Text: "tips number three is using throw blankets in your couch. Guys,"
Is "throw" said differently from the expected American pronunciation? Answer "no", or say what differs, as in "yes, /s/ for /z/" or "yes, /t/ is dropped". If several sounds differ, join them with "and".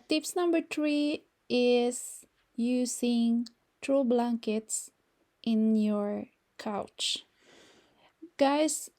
yes, /t/ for /θ/